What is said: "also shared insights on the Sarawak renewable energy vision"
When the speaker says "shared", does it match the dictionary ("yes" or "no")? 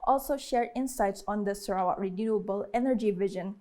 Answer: yes